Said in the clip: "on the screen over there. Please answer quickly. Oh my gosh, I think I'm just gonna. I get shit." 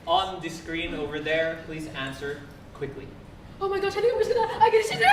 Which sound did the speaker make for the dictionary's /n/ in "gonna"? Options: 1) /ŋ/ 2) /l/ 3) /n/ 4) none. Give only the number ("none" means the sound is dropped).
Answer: 4